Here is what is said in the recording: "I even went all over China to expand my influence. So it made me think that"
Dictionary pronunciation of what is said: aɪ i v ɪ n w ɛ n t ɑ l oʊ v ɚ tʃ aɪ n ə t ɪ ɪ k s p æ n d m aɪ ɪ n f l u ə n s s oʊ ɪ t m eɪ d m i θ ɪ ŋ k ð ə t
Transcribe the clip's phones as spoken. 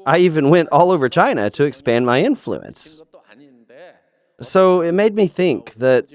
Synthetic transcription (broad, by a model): aɪ i v ɪ n w ɛ n t ɑ l oʊ v ɚ tʃ aɪ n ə t ɪ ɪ k s p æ n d m aɪ ɪ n f l u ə n s s oʊ ɪ t m eɪ d m i θ ɪ ŋ k ð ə t